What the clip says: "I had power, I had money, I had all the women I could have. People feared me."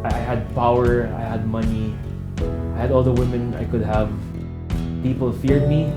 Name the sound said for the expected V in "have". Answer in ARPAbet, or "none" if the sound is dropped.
V